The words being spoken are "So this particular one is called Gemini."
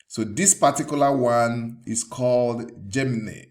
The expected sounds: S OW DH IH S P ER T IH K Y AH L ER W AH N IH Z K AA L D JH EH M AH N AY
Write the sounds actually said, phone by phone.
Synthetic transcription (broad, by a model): S OW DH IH S P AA T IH K Y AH L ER W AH N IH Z K AA L D JH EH M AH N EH